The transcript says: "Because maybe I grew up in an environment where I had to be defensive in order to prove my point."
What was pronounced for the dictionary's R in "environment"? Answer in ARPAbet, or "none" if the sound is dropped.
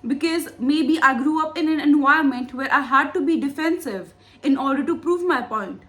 none